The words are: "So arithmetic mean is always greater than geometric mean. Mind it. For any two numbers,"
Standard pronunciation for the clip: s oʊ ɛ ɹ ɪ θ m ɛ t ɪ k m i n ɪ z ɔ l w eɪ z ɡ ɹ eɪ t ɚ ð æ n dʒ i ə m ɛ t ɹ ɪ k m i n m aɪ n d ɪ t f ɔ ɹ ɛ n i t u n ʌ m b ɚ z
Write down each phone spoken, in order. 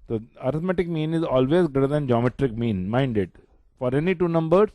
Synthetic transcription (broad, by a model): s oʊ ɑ ɹ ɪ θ m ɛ t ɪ k m i n ɪ z ɔ l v eɪ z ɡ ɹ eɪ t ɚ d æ n dʒ i ə m ɛ t ɹ ɪ k m i n m aɪ n d ɪ t f ɔ ɹ ɛ n i t u n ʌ m b ɚ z